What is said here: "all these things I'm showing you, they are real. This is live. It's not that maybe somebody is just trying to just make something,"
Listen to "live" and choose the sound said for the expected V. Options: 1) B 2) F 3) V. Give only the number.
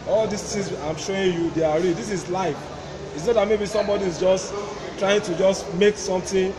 2